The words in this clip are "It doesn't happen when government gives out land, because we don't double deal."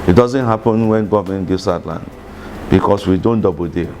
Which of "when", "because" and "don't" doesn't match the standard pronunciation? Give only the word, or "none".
because